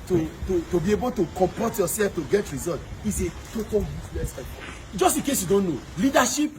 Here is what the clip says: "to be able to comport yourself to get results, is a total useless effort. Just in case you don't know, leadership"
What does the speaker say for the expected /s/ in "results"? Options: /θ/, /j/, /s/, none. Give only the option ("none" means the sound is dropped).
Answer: none